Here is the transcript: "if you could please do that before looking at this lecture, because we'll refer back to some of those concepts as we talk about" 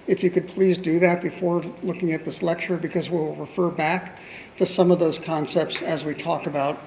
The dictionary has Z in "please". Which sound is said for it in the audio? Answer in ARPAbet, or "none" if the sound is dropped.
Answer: Z